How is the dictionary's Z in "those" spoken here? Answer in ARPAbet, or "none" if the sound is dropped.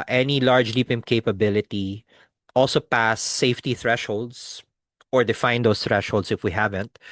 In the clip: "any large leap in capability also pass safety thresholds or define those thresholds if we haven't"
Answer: S